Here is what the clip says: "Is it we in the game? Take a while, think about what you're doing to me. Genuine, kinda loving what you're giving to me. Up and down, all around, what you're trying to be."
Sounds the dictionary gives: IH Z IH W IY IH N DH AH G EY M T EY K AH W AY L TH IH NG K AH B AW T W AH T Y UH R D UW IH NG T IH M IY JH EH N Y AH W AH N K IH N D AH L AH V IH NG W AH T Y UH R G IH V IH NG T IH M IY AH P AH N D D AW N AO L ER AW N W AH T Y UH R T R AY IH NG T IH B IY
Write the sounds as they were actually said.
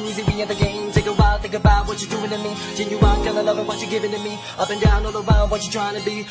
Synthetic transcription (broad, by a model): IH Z IH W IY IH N DH AH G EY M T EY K AH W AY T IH K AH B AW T W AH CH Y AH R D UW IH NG T IH M IY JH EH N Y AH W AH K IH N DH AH L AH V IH W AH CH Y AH R G IH V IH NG T IH M IY AH P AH N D D AW N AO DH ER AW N W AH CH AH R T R AY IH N T IH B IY